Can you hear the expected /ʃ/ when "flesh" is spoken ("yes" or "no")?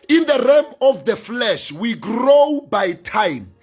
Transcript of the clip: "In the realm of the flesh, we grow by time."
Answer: yes